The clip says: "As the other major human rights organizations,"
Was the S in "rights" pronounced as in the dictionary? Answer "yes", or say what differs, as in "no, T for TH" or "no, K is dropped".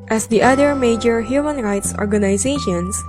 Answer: yes